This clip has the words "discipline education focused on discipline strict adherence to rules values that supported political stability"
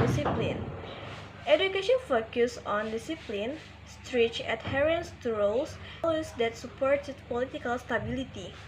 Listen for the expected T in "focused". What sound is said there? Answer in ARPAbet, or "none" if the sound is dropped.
none